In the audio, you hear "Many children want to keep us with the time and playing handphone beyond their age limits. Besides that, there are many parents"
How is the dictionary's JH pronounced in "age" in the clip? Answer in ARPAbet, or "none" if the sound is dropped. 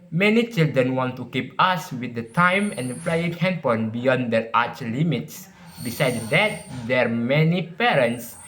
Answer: CH